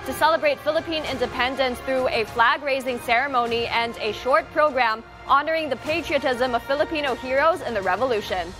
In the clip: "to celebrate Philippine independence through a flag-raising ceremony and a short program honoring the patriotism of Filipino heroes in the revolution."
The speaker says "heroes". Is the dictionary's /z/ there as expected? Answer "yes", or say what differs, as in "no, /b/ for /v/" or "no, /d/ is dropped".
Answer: yes